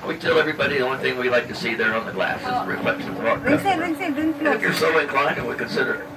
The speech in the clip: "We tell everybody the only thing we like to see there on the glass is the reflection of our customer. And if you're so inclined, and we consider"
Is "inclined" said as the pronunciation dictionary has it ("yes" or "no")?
no